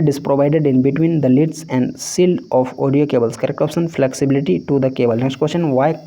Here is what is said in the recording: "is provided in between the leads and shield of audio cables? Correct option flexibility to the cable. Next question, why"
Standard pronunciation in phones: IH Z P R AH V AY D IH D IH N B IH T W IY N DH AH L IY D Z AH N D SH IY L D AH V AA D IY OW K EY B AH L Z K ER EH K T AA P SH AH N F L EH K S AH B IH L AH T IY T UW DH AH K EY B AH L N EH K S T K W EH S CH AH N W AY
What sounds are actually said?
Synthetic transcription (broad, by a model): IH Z P R AH V AY D IH D IH N B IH T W IY N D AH L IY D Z AH N D S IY L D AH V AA D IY OW K EY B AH L S K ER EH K AA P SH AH N F L EH K S AH B IH L AH T IY T UW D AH K EY B AH L N EH K S T K W EH S CH AH N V AY